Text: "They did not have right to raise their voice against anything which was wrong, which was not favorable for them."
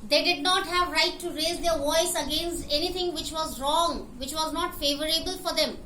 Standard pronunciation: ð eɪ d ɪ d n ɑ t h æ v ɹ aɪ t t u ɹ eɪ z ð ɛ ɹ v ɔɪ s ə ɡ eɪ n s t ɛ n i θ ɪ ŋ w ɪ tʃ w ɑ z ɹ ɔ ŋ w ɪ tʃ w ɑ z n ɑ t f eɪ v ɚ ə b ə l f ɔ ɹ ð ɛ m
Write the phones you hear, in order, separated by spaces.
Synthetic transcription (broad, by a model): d eɪ d ɪ d n ɑ t h æ v ɹ aɪ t t u ɹ eɪ z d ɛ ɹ v ɔɪ s ə ɡ eɪ n s t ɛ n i t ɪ ŋ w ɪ tʃ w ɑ z ɹ ɔ ŋ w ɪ tʃ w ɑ z n ɑ t f eɪ v ɚ ə b ə l f ɔ ɹ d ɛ m